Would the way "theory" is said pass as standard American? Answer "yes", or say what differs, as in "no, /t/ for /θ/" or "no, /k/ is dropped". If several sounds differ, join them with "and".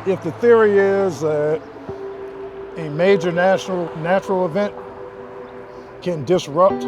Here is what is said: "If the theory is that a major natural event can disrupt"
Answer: yes